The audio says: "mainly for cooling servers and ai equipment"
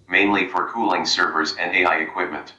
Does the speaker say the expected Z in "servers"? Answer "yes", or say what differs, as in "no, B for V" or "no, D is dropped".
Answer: yes